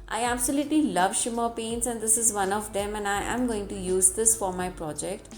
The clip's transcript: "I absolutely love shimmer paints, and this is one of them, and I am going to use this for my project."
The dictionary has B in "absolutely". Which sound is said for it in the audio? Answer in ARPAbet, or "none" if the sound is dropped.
B